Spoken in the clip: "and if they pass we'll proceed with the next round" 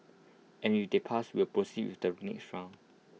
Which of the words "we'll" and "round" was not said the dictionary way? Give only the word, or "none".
round